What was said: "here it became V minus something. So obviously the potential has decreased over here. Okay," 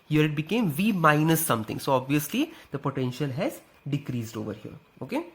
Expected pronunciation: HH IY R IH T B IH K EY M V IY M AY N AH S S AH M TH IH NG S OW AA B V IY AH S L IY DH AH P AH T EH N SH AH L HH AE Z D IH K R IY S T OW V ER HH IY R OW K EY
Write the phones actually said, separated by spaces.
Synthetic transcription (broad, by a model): HH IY R IH T B IH K EY M V IY M AY N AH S S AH M T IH NG S OW AA B V IY AH S L IY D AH P AH T EH N SH AH L HH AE Z D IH K R IY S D OW V ER HH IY R OW K EY